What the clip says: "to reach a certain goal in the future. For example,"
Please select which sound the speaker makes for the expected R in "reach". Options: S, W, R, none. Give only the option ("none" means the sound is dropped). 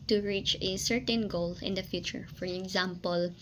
R